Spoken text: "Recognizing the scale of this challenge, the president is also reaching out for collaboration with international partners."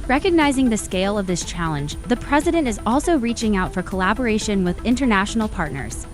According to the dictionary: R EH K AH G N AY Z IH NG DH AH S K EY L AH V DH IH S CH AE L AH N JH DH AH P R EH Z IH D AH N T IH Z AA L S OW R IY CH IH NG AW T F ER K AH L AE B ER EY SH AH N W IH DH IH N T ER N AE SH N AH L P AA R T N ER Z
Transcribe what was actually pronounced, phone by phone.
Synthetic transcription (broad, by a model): R EH K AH G N AY Z IH NG DH AH S K EY L AH V DH IH S CH AE L AH N JH DH AH P R EH Z IH D AH N T IH Z AA L S OW R IY CH IH NG AW T F ER K AH L AE B ER EY SH AH N W IH DH IH N T ER N AE SH N L P AA R T N ER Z